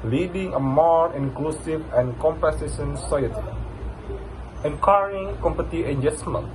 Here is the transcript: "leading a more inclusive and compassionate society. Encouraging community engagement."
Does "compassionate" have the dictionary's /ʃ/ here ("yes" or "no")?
no